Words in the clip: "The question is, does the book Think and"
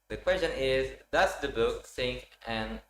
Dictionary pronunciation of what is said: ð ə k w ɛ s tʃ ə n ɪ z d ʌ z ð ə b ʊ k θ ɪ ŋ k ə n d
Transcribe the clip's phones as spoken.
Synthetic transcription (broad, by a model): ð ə k w ɛ s tʃ ə n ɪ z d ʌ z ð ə b ʊ k s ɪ ŋ k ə n